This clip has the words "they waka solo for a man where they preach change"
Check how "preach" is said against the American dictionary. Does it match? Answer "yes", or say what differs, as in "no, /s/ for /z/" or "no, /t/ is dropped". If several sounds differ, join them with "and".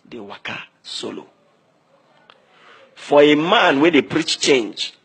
yes